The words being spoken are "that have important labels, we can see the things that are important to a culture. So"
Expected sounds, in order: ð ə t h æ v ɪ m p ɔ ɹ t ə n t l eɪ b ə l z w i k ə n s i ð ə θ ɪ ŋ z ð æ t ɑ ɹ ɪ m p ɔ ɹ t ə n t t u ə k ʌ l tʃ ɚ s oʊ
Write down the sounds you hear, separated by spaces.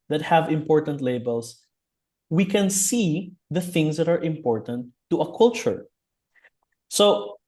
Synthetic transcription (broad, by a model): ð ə t h æ v ɪ m p ɔ ɹ t ə n t l eɪ b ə l s w i k ə n s i ð ə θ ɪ ŋ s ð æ t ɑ ɹ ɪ m p ɔ ɹ t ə n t t u ə k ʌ l tʃ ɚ s oʊ